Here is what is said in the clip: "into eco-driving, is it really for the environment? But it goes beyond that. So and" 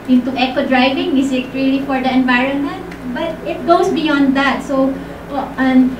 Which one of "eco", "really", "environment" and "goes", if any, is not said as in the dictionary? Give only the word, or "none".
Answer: goes